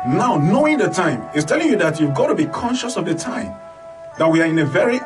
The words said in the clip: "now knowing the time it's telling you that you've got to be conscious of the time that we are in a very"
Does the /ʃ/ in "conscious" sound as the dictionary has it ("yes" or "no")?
yes